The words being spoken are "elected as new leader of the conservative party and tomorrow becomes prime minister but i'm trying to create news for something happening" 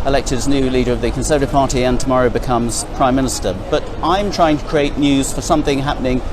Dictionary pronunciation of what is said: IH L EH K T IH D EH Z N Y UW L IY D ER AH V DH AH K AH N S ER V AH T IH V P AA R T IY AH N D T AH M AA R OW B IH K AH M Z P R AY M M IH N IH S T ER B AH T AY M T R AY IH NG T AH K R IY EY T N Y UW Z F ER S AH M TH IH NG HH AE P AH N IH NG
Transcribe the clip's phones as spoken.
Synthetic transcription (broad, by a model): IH L EH K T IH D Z N Y UW L IY D ER AH V DH AH K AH N S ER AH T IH P AA R T IY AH N T AH M AA R OW B IH K AH M Z P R AY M M IH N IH S T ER B AH T AY M T R AY IH NG T AH K R IY EY T N Y UW Z F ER S AH M TH IH NG HH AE P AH N IH NG